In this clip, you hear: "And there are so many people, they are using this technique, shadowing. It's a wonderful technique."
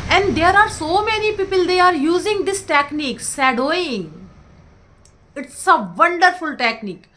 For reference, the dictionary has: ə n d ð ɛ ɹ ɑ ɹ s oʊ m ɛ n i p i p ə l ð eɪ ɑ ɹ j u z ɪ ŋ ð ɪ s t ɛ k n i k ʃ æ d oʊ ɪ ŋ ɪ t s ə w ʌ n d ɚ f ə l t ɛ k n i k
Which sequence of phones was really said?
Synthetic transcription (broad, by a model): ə n d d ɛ ɹ ɑ ɹ s oʊ m ɛ n i p i p ə l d eɪ ɑ ɹ j u z ɪ ŋ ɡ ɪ s t ɛ k n i k s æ d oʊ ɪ ŋ ɪ t s ə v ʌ n d ɚ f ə l t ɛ k n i k